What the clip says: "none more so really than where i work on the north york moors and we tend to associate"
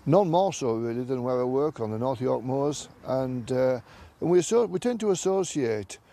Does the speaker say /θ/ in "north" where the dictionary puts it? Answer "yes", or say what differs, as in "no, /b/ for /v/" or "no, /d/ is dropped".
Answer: yes